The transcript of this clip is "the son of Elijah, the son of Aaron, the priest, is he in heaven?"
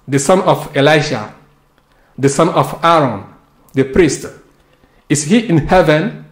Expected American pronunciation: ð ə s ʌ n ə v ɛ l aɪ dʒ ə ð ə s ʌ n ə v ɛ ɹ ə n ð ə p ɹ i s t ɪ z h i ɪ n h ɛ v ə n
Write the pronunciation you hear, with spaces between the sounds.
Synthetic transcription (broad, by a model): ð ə s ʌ n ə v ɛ l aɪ ʃ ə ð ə s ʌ n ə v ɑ ɹ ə n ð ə p ɹ i s t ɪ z h i ɪ n h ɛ v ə n